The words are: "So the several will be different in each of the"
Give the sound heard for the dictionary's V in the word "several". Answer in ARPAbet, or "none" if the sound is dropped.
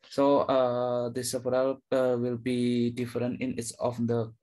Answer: P